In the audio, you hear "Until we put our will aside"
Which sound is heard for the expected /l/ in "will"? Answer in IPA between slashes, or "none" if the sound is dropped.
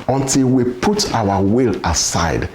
/l/